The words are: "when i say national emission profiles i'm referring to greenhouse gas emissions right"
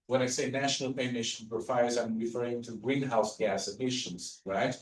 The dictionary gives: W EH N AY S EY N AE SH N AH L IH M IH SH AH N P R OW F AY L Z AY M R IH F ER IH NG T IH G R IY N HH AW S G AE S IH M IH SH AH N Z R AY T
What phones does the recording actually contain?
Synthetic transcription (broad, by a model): W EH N AY S EY N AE SH N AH L IH M IH SH AH N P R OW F AY Z AY M R IH F ER IH NG T IH G R IY N HH AW S G AE S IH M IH SH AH N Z R AY T